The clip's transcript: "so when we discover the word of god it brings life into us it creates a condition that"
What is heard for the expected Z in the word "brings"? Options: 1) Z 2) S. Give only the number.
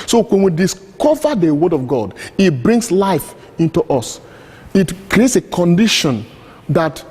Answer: 2